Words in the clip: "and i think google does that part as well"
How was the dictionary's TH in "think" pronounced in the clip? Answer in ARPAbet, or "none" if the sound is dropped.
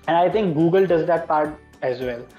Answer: T